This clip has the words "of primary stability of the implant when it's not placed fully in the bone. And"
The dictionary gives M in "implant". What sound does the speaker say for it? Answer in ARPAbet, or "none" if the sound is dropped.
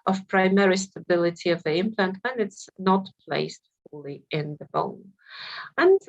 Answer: M